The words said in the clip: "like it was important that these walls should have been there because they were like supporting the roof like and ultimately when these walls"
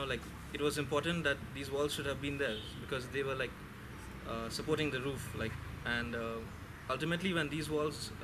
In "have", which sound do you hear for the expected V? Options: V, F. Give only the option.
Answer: V